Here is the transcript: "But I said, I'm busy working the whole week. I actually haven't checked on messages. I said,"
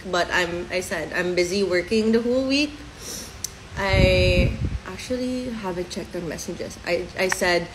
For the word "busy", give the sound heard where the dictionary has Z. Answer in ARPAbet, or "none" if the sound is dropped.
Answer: Z